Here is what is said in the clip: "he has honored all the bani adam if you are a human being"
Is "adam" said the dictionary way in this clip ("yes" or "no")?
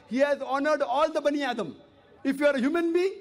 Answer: yes